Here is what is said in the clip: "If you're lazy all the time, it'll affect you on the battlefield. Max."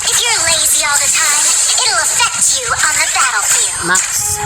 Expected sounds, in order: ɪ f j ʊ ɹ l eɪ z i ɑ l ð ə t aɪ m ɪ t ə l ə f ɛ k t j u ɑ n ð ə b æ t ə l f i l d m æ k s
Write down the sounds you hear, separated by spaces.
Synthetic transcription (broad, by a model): ɪ f j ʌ ɹ l eɪ z i ɑ l ð ə t aɪ m ɪ t l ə f ɛ k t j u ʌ n ð ə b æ t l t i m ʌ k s